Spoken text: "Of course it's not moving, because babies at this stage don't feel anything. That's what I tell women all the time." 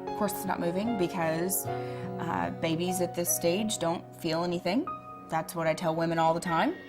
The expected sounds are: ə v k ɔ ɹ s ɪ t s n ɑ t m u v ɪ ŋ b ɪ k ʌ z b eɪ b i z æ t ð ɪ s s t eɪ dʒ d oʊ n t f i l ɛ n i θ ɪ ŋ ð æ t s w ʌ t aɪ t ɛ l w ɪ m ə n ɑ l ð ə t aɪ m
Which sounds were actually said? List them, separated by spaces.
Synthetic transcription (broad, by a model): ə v k ɔ ɹ s ɪ t s n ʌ t m u v ɪ ŋ b ɪ k ʌ z b eɪ b i z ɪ t ð ɪ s s t eɪ dʒ d oʊ n t f i l ɛ n i θ ɪ ŋ ð æ t s w ʌ t aɪ t ɛ l w ɪ m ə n ɑ l ð ə t aɪ m